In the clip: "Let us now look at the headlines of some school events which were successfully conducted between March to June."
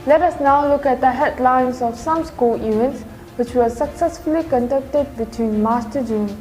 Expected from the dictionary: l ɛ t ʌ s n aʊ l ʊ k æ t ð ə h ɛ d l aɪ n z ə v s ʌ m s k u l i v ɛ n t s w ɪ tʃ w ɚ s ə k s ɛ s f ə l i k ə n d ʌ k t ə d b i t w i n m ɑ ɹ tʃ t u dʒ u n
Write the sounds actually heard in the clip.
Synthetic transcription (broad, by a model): l ɛ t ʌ s n aʊ l ʊ k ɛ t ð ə h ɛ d l aɪ n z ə f s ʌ m s k u l i v ɛ n t s w ɪ tʃ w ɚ s ə k s ɛ s f ə l i k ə n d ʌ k t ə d b i t w i n m ɑ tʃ t u dʒ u n